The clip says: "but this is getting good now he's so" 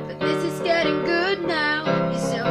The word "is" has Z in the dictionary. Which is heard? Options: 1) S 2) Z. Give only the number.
2